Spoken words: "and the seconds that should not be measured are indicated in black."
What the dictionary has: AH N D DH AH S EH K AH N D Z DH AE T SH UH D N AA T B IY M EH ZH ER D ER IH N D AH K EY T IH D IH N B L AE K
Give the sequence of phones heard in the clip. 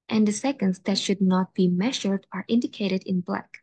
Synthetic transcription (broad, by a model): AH N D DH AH S EH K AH N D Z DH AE T SH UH D N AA T B IY M EH ZH ER D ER IH N D AH K EY T IH D IH N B L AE K